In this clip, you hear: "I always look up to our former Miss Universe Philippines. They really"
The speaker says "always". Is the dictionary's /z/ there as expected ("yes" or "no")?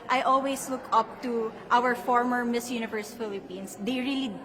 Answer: no